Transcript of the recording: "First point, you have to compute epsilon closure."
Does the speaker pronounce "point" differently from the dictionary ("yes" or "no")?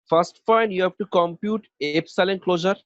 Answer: yes